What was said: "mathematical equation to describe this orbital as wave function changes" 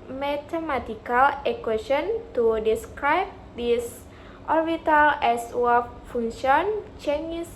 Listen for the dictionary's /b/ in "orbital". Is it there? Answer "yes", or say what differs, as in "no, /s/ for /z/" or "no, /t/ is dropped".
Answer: no, /b/ is dropped